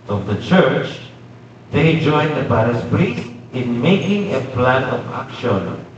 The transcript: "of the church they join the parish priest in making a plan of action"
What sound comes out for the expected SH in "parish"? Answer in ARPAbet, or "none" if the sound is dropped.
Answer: S